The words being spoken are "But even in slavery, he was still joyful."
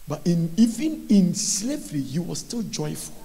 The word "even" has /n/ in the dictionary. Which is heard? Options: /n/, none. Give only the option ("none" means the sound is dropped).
/n/